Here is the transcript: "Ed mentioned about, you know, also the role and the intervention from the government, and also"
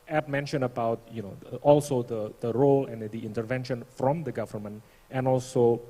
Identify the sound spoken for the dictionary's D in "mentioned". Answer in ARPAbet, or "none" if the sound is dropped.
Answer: none